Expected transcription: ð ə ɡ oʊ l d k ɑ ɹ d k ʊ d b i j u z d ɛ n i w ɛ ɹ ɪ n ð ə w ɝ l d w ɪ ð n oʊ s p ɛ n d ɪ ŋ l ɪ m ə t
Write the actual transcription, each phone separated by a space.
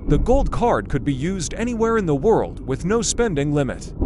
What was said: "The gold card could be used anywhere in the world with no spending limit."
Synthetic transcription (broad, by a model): ð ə ɡ oʊ l d k ɑ ɹ d k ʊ d b i j u z d ɛ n i w ɛ ɹ ɪ n ð ə w ɝ l d w ɪ ð n oʊ s p ɛ n d ɪ ŋ l ɪ m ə t